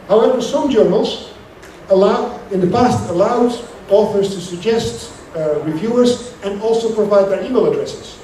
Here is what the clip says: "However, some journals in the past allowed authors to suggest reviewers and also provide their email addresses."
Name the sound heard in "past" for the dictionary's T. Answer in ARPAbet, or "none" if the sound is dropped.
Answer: T